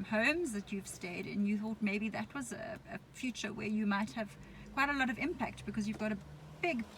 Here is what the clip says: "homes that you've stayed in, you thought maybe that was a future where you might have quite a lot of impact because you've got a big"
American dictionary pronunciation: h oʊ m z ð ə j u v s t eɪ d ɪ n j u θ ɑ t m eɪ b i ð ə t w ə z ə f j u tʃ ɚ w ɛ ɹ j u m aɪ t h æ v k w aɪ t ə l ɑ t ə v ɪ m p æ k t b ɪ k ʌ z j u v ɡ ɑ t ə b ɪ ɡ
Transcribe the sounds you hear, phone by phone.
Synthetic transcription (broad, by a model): h oʊ m z ð ə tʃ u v s t eɪ d ɪ n j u θ ɑ t m eɪ b i ð ə t w ə z ə f j u tʃ ɚ w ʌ ɹ j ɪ m aɪ t h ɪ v k w aɪ t ə l ɑ t ə v ɪ m p æ k t b ɪ k ʌ z j u v ɡ ɑ t ə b ɪ ɡ